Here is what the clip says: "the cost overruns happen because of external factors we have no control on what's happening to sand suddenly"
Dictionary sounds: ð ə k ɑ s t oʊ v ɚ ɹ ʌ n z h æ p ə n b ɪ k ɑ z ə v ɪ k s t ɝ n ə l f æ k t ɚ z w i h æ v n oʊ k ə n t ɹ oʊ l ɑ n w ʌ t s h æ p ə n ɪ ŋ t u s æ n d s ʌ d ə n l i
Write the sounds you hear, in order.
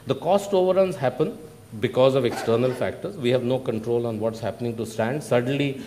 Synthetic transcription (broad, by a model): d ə k ɑ s t oʊ v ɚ ɹ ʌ n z h æ p ə n b ɪ k ɑ z ə v ɪ k s t ɝ n ə l f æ k t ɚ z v i h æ v n oʊ k ə n t ɹ oʊ l ɑ n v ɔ t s h æ p ə n ɪ ŋ t u s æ n d s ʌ d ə n l i